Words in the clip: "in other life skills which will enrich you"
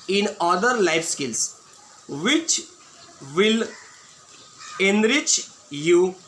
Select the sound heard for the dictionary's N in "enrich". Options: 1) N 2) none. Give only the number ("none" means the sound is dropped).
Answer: 1